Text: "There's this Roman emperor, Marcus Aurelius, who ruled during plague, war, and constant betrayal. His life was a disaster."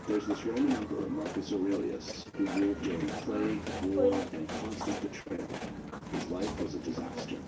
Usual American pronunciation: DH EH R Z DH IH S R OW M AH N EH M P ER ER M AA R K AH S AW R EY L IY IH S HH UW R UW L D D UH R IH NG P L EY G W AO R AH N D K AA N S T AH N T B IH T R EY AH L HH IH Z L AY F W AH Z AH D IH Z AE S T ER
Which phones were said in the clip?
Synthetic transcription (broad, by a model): DH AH R Z DH IH S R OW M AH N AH M B ER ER M AA R K AH S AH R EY L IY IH S HH UW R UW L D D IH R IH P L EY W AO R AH N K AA N S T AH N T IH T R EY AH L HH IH Z L AY F W AH Z AH D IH Z AE S T ER